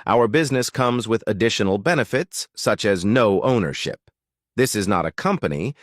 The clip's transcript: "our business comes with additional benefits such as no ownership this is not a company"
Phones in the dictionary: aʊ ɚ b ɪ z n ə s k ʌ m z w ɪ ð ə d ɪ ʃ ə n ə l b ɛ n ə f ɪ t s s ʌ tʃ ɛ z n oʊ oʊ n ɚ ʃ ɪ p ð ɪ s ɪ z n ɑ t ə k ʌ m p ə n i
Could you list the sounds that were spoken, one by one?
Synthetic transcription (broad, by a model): aʊ ɚ b ɪ z n ə s k ʌ m z w ɪ ð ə d ɪ ʃ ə n l b ɛ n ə f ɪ t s s ʌ tʃ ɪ z n oʊ oʊ n ɚ ʃ ɪ p ð ɪ s ɪ z n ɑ t ə k ʌ m p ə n i